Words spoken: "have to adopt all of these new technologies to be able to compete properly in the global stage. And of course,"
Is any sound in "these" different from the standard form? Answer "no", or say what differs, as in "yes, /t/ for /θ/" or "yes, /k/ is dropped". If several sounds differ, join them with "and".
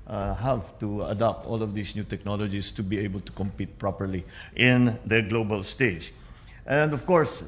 yes, /s/ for /z/